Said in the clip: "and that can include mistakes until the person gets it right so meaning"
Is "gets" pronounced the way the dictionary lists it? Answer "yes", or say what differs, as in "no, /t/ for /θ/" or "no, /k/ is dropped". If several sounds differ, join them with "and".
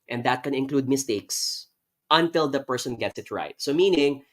yes